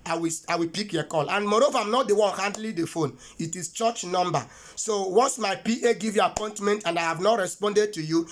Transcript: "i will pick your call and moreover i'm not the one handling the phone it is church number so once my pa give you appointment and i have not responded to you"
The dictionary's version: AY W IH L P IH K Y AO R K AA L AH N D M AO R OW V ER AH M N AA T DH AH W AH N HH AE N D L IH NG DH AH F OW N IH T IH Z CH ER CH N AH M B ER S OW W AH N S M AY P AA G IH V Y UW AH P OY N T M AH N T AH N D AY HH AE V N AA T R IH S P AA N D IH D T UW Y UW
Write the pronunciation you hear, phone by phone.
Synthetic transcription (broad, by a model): AY W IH W P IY K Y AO K AA L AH N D M AO R OW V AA AH M N AA T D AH W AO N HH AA N D L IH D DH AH F OW N IH T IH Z CH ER CH N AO M B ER S OW W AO N S M AY P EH G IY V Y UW AH P OY N T M AH N T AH N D AY HH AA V N AA T R IH S P AA N D IH D T UW Y UW